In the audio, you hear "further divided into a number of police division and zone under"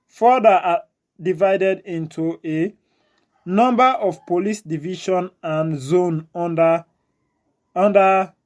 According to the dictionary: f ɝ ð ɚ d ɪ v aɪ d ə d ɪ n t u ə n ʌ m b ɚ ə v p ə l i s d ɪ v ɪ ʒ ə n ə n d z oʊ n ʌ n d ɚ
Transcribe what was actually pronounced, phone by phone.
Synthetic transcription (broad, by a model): f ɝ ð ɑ d ɪ v aɪ d ə d ɪ n t u ə n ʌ m b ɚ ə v p ə l i s d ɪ v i ʃ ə n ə n z oʊ n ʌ n d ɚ